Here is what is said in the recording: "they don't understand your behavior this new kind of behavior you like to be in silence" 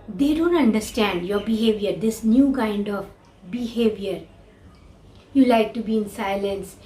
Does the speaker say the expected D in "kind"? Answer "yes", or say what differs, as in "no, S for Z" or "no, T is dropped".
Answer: yes